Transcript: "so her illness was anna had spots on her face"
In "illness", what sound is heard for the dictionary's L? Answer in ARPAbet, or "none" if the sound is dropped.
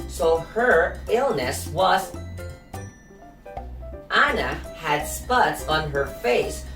L